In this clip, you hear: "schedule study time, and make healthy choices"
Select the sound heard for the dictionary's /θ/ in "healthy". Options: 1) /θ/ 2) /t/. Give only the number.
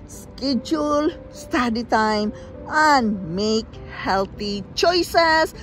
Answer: 2